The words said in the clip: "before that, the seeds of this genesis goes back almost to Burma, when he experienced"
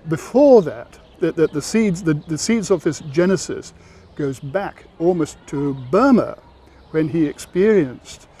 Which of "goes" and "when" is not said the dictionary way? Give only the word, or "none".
none